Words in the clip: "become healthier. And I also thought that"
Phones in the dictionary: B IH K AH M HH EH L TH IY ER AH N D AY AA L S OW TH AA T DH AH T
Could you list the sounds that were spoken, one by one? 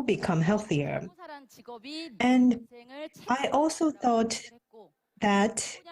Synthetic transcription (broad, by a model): B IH K AH M HH EH L TH IY ER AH N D AY AA L S OW TH AA T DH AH T